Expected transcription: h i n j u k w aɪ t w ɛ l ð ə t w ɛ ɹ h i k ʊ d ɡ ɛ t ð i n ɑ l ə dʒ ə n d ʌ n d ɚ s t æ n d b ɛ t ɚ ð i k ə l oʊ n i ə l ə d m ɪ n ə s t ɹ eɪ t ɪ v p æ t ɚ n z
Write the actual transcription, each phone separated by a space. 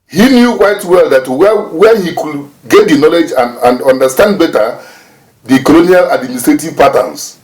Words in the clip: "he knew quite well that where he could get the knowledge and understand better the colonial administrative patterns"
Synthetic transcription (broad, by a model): h i n j u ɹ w aɪ t w ɛ l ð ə t w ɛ w h i k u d ɡ ɛ t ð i n ɑ l ə dʒ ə n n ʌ n d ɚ s t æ n d b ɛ t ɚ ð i k ə l oʊ n i ə l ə d m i n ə s t ɹ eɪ t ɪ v p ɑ t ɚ n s